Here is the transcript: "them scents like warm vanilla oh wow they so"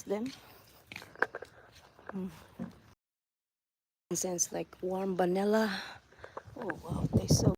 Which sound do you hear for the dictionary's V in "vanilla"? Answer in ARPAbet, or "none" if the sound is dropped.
B